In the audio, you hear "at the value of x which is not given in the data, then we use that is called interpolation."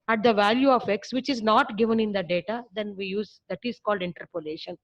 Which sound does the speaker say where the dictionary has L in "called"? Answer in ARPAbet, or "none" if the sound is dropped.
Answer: L